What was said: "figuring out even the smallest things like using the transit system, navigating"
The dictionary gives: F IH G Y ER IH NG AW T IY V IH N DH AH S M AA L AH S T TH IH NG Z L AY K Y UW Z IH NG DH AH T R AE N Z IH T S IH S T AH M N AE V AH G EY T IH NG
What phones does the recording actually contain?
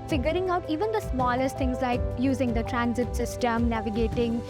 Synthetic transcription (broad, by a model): F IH G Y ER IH NG AW T IY V IH N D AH S M AA L AH S T T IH NG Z L AY K Y UW Z IH NG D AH T R AE N Z IH T S IH S T AH M N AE V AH G EY T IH NG